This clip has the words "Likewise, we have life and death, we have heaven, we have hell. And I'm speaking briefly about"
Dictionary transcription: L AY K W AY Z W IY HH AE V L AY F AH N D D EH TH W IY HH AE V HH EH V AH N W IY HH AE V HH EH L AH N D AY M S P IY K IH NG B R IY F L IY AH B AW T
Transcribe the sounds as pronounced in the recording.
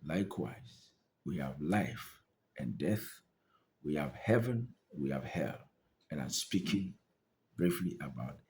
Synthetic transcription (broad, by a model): L AY K W AY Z W IY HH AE V L AY F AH N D D EH TH W IY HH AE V HH EH V AH N W IY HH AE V HH EH L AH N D AY M S P IY K IH NG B R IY F L IY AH B AW T